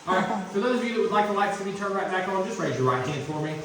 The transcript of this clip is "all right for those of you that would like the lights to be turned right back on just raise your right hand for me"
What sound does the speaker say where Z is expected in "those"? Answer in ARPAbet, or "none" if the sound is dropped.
Z